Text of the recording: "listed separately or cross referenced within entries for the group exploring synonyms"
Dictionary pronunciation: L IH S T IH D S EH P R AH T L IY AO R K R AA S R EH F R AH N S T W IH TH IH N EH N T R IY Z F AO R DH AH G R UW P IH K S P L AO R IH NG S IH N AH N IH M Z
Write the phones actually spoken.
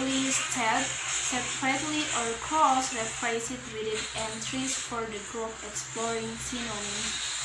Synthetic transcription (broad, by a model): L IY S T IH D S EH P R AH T L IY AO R K AA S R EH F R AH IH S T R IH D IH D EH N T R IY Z F AO R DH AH G R UW P IH K S P L AO R IH NG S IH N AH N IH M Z